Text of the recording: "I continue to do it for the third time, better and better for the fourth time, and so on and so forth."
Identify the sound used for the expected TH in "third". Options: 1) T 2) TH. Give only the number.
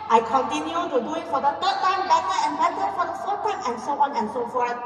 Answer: 1